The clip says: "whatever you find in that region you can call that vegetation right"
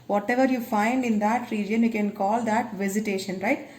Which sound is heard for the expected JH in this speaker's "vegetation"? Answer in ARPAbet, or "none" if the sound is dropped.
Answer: Z